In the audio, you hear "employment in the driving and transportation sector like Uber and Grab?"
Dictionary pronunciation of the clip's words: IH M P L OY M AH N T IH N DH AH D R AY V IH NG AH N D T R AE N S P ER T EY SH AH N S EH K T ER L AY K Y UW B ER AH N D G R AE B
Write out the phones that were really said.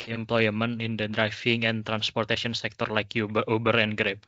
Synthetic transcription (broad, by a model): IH M P L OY M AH N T IH N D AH D R AY F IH NG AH N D T R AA N S P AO T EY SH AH N S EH K T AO L AY K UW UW B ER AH N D G R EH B